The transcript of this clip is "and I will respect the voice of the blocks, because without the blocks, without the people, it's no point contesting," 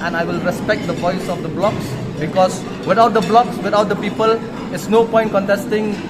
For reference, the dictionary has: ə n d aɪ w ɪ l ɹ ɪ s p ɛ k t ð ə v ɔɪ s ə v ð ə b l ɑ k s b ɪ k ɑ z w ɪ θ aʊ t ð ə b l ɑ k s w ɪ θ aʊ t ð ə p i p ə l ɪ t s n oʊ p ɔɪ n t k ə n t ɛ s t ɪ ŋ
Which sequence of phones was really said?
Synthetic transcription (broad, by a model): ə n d aɪ w ɪ l ɹ ɪ s p ɛ k t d ə v ɔɪ s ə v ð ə b l ɑ k s b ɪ k ɑ s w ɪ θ aʊ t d ə b l ɑ k s w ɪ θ aʊ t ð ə p i p ə l ɪ t s n oʊ p ɔɪ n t k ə n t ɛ s t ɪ ŋ